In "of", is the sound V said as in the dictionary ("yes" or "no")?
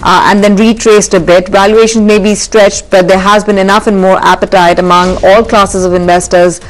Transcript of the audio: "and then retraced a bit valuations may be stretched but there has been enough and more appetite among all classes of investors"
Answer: yes